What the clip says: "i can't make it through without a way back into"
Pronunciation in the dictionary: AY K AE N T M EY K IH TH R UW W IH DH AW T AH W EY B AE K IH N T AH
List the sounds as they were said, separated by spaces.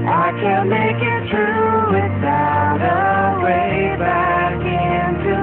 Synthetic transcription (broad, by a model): AY K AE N M EY K IH T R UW W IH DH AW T AH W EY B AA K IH N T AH